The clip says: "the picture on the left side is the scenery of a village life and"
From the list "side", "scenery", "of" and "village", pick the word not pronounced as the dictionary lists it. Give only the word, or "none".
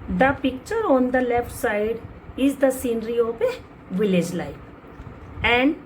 of